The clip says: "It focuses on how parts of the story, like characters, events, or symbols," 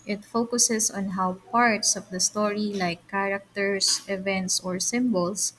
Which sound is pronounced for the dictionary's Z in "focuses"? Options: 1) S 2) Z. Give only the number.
1